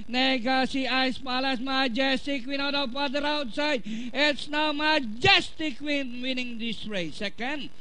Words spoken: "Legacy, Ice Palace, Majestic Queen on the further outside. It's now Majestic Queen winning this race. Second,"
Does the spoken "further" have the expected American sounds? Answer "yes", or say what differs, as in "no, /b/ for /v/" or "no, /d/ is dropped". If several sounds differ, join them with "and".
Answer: no, /p/ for /f/